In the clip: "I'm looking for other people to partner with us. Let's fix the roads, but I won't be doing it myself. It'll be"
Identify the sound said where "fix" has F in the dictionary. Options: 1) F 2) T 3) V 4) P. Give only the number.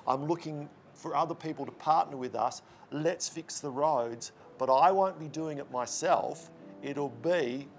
1